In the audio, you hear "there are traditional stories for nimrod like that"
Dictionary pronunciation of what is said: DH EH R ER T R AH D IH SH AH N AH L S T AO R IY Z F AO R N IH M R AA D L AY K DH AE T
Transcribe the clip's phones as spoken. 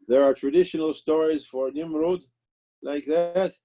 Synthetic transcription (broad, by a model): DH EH R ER T R AH D IH SH AH N AH L S T AO R IY Z F AO R N IH M R AA D L AY K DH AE T